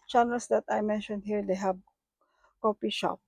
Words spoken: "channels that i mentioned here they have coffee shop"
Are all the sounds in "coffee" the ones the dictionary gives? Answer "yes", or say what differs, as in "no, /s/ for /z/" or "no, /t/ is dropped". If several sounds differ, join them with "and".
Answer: no, /p/ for /f/